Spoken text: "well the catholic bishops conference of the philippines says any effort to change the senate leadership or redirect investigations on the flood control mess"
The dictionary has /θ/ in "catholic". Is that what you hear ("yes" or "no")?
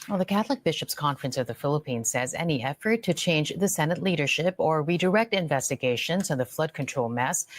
yes